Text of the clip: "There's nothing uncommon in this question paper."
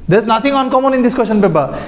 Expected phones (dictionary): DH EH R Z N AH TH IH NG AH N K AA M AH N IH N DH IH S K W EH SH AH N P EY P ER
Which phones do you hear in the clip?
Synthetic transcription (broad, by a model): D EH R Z N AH T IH NG AH N K AA M AH N IH N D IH S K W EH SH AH N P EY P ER